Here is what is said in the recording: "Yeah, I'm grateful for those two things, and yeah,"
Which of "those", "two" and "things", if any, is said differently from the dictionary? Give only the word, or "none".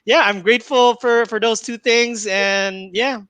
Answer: none